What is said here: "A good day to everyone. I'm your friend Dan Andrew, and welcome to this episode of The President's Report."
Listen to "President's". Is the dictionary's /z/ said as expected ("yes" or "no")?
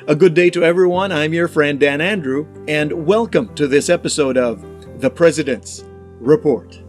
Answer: yes